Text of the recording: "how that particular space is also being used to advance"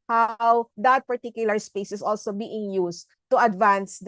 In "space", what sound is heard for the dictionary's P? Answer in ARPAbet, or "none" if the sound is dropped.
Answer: P